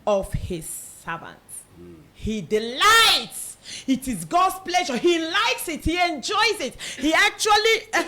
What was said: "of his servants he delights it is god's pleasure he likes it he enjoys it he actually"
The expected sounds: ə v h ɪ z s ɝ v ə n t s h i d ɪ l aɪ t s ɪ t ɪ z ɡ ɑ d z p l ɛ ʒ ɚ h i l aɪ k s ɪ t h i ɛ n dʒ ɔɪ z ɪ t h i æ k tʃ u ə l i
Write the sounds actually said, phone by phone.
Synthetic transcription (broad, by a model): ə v h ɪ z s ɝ v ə n t h i d ɪ l aɪ t s ɪ t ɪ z ɡ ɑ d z p l ɛ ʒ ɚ h i l aɪ k s ɪ t h i ɛ n dʒ ɔɪ z ɪ t h i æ k tʃ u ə l i